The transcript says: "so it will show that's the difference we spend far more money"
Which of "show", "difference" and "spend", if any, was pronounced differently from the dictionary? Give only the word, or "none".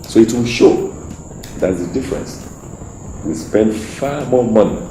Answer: none